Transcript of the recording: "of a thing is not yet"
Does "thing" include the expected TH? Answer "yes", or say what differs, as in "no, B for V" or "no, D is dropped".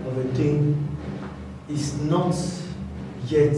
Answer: no, T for TH